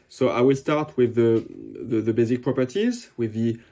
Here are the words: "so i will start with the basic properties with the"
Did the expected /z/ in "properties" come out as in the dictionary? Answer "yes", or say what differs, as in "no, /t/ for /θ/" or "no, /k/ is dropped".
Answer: yes